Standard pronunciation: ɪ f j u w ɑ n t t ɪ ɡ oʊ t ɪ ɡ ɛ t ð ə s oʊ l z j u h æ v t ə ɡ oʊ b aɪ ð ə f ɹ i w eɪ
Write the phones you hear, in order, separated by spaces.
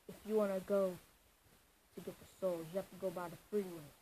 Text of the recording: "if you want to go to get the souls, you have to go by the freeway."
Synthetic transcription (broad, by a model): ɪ f j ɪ w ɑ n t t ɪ ɡ oʊ t ɪ ɡ ɛ t ð ə s oʊ l j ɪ h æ f t ə ɡ oʊ b aɪ ð ə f ɹ i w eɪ